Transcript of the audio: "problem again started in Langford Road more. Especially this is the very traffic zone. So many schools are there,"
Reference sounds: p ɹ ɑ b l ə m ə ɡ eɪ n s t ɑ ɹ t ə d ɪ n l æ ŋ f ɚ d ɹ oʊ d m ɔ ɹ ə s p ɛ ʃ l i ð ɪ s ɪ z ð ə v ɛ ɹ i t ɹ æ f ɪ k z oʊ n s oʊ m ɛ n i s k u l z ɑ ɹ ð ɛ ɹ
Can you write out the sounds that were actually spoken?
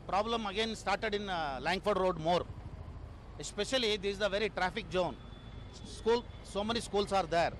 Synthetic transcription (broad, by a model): p ɹ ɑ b l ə m ə ɡ eɪ n s t ɑ ɹ t ə d ɪ n l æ ŋ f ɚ d ɹ oʊ d m ɔ ɹ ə s p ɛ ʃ i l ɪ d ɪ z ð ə v ɛ ɹ i t ɹ æ f ɪ k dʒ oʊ n s oʊ m ɛ n i s k u l s ɑ ɹ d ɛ ɹ